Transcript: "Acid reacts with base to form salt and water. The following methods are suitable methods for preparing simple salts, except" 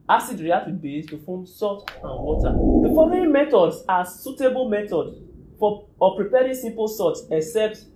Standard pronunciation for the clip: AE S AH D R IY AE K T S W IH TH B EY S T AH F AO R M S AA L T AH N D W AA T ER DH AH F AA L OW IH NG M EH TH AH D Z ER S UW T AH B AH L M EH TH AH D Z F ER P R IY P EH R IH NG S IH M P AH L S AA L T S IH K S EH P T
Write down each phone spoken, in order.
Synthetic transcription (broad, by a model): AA S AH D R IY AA T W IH B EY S T AH F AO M S AA T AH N W AA T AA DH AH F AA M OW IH M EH T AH D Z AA S UW T AH B AH L M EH T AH D F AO P R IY P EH R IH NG S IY M P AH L S AA T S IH K S EH P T